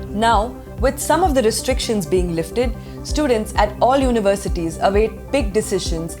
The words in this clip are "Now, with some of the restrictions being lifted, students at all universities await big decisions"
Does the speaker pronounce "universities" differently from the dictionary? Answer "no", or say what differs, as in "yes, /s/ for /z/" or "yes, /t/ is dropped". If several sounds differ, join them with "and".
no